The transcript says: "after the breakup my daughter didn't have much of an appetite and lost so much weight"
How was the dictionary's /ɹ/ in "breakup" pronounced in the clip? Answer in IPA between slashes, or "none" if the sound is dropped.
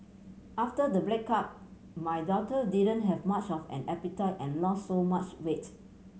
/l/